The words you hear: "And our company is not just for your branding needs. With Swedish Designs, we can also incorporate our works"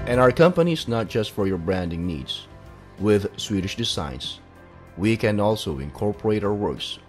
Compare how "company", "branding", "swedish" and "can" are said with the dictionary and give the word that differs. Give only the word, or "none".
none